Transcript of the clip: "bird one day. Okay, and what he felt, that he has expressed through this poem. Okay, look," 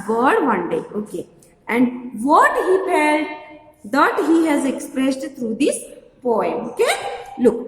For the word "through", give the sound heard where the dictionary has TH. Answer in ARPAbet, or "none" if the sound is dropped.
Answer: T